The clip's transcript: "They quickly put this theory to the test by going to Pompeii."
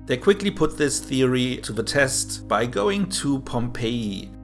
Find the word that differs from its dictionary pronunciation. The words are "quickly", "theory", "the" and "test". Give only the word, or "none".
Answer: none